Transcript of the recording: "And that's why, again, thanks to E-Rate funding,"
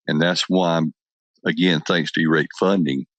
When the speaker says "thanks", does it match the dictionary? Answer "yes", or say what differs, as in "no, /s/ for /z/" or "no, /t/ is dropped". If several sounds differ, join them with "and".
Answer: yes